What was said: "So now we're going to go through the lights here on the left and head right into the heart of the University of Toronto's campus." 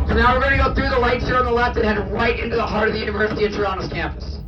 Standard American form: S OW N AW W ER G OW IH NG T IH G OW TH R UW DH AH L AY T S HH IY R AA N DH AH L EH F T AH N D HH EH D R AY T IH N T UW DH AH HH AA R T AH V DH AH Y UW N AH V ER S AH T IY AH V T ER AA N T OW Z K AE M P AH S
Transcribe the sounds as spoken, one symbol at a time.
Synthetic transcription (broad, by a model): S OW N AW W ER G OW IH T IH G OW TH R UW DH AH L AY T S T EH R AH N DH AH L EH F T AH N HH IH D R AY T IH N T UW DH AH HH AA R T AH V DH AH Y UW N AH V ER S AH T IY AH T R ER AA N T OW S K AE M P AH S